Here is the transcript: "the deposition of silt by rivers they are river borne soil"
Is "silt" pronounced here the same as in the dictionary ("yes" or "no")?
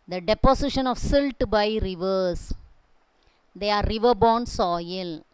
yes